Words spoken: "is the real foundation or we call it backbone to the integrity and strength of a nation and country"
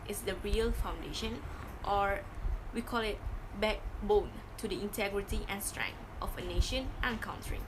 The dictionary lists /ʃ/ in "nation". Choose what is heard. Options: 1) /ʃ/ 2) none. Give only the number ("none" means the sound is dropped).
1